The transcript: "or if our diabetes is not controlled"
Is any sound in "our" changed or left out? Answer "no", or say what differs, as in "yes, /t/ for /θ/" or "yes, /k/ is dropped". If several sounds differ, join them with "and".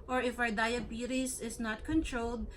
yes, /w/ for /ɹ/